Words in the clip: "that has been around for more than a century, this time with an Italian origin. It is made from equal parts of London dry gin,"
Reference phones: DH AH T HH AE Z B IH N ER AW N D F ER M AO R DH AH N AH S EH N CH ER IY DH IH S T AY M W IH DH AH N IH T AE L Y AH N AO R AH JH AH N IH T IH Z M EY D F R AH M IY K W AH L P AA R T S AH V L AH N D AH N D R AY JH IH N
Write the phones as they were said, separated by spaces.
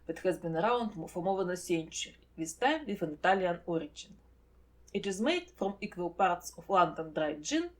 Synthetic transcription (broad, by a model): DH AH T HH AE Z B IH N ER AW N D F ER M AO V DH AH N AH S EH N CH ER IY DH IH S T AY M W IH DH AH N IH T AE L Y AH N AO R AH JH AH N IH T IH Z M EY D F R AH M IY K W AH L P AA R T S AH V L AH N D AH N D R AY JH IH N